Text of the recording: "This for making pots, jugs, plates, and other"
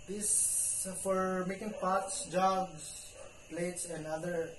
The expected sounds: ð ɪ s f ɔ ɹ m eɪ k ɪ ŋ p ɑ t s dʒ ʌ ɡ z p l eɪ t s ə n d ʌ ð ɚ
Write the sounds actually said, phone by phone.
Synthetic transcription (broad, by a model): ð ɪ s f ɔ ɹ m eɪ k ɪ ŋ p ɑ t s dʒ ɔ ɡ s p l eɪ t s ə n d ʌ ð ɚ